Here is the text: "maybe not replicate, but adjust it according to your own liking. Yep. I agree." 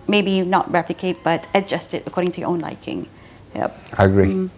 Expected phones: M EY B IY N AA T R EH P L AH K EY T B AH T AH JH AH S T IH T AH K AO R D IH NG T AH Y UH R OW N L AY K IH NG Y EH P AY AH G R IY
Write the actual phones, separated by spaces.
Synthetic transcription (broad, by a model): M EY B IY N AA T R EH P L AH K EY T B AH T AH JH AH S T IH T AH K AO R D IH NG T AH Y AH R OW N L AY K IH NG Y EH P AY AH G R IY